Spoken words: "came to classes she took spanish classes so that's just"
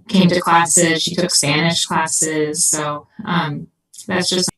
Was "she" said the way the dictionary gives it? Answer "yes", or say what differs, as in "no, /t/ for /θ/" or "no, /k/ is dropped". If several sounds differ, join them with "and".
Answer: yes